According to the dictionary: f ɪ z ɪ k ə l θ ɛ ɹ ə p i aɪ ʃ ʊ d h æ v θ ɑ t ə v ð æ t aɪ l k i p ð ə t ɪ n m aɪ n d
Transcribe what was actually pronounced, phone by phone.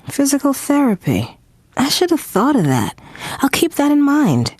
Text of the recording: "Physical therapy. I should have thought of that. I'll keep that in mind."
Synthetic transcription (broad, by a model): f ɪ z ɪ k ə l θ ɛ ɹ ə p i aɪ ʃ ʊ d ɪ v θ ɑ t ə v ð æ t aɪ l k i p ð ə t ɪ n m aɪ n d